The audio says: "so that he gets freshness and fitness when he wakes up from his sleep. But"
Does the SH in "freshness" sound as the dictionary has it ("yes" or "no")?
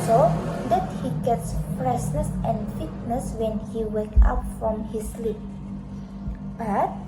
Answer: no